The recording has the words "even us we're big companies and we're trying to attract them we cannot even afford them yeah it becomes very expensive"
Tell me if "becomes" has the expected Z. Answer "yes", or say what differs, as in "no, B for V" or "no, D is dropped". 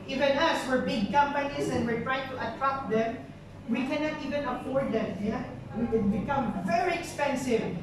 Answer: no, Z is dropped